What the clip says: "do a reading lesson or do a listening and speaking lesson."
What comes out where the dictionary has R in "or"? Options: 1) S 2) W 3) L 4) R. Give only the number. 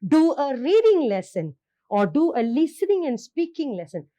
4